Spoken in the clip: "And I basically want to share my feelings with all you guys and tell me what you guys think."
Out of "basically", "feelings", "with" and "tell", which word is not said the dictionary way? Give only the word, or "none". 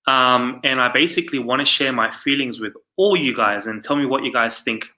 none